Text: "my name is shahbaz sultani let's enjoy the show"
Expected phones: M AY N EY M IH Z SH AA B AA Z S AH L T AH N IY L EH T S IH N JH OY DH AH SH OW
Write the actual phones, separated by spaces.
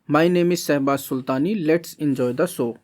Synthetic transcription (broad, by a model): M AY N EY M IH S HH B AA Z S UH L T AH N IY L EH T S IH N JH OY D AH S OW